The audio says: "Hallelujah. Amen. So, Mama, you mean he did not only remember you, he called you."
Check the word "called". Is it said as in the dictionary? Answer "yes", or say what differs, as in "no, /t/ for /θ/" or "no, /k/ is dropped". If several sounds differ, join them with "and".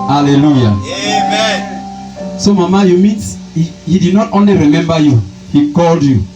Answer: yes